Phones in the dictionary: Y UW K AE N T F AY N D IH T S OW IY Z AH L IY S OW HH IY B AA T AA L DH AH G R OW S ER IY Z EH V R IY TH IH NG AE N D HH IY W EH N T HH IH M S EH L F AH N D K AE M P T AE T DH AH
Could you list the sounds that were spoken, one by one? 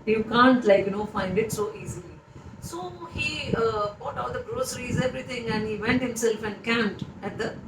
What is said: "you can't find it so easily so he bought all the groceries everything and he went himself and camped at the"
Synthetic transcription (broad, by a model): Y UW K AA N T F AY N D IH T S OW IY Z AH L IY S OW HH IY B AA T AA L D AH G R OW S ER IY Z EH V R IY T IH NG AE N D HH IY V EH N T HH IH M S EH L F AH N D K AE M T AE T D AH